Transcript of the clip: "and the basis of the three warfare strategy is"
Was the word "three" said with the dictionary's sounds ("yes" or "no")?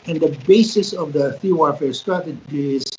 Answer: no